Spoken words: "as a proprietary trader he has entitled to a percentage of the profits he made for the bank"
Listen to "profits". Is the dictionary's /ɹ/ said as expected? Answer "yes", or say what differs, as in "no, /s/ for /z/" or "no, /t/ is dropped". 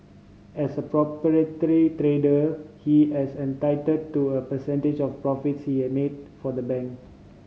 yes